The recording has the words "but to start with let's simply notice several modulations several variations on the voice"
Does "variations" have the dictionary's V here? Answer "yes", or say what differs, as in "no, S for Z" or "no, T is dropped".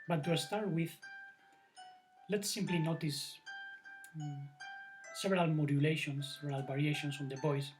no, B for V